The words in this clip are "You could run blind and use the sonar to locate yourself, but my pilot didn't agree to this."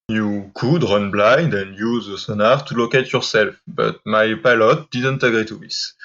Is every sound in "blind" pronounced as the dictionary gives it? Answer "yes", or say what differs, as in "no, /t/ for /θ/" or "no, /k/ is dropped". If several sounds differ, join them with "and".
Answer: yes